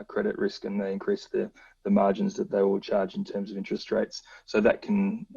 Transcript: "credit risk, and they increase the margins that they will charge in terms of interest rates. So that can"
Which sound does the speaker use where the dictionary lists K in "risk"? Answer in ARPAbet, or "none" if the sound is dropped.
K